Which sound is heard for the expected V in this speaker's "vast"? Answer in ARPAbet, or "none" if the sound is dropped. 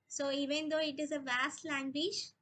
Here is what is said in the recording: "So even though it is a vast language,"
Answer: V